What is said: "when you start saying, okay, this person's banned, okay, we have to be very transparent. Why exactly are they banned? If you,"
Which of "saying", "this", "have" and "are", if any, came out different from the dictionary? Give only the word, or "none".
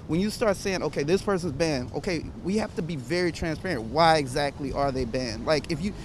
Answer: have